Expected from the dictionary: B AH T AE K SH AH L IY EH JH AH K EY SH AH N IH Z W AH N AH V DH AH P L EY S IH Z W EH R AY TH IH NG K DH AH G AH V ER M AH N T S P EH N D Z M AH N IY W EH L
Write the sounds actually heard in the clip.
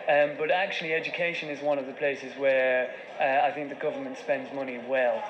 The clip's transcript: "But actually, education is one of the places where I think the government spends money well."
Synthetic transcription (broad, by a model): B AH T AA K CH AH L IY EH JH AH K EY SH AH N IH Z W AH N AH V DH AH P L EY S IH Z W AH R AY TH IH NG K DH AH G AH V ER M AH N T S P EH N D Z M AH N IY W EH L